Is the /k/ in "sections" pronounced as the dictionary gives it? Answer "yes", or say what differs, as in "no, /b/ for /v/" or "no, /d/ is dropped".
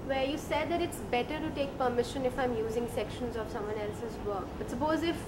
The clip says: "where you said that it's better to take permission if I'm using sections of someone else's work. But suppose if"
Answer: yes